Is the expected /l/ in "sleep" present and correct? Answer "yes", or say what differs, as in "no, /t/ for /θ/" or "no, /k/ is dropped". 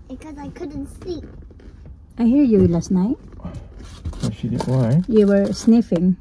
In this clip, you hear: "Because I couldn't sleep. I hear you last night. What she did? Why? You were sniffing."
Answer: no, /l/ is dropped